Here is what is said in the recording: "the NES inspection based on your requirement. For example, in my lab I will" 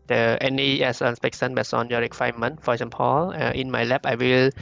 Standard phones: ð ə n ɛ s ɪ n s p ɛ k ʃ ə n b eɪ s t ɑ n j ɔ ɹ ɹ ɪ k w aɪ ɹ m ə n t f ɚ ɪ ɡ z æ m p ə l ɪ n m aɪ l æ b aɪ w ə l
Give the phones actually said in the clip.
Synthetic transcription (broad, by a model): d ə n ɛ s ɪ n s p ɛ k s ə n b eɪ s ɑ n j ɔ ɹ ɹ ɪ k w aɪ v m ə n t f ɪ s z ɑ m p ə l ɪ n m aɪ l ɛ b aɪ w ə l